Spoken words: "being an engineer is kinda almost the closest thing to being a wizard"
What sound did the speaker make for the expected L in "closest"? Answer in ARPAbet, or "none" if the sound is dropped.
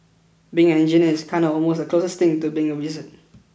L